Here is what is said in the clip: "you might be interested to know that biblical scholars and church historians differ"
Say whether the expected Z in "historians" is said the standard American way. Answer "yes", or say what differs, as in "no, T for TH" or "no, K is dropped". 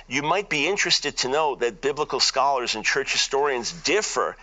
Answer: yes